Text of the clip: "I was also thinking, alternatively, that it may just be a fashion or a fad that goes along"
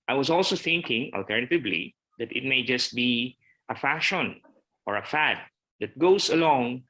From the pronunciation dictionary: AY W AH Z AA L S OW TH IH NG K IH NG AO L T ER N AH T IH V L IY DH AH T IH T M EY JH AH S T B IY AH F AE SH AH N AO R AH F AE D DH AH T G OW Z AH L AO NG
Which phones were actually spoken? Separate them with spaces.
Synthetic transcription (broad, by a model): AY W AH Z AA L S OW TH IH NG K IH NG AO L T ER N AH T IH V L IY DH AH T IH T M EY JH AH S T B IY AH F AE SH AH N AO R AH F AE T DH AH T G OW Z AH L AO NG